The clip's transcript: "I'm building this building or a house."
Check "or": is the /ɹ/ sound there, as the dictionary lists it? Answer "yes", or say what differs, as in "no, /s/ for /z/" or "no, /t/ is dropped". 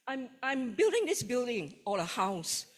no, /l/ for /ɹ/